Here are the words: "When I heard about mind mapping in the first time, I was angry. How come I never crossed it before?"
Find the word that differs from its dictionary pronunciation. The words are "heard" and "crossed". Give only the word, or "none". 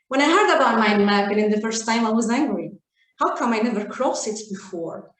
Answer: crossed